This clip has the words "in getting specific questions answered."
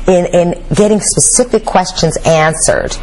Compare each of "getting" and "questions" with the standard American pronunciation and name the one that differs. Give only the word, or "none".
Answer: none